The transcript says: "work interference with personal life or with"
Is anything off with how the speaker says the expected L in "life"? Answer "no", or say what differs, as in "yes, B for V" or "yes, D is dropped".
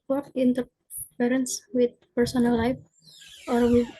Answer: no